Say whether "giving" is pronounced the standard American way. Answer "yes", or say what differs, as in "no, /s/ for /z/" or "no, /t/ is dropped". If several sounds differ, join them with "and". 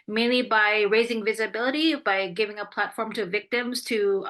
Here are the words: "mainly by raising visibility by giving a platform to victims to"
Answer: yes